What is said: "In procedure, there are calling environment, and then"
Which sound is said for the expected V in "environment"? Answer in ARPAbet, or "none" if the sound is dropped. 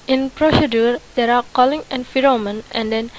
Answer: F